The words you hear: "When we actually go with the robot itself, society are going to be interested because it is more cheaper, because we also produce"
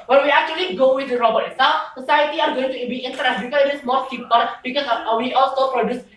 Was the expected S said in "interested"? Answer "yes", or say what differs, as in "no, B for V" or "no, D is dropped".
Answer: no, S is dropped